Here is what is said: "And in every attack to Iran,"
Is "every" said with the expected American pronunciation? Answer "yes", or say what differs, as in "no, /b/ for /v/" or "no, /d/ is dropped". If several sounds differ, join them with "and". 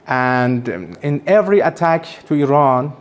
yes